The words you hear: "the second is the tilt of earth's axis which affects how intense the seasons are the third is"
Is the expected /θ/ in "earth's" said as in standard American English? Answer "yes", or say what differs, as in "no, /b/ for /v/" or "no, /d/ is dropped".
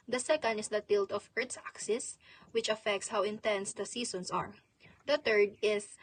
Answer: no, /t/ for /θ/